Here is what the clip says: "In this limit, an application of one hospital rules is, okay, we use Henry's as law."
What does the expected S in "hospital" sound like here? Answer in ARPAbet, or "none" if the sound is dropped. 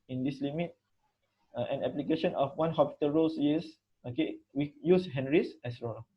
none